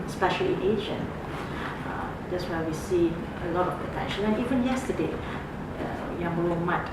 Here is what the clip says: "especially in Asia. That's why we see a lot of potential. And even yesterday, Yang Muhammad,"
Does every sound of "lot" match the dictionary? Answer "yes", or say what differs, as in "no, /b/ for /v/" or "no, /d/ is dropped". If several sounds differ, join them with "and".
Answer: yes